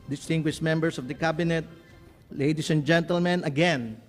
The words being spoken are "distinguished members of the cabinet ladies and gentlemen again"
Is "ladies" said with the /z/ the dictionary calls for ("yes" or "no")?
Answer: no